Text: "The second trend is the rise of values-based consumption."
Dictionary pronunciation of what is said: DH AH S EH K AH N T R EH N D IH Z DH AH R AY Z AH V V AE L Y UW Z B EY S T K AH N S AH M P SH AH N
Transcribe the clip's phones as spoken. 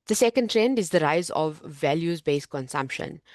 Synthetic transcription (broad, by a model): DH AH S EH K AH N T R EH N D IH Z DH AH R AY Z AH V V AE L Y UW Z B EY S K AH N S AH M P SH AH N